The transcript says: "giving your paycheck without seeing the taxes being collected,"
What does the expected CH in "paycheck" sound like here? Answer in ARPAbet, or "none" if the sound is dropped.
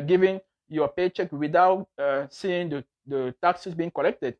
CH